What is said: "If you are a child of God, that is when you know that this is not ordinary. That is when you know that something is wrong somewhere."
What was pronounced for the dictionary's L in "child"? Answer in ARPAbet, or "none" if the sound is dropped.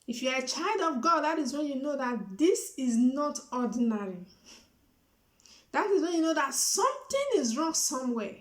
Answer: L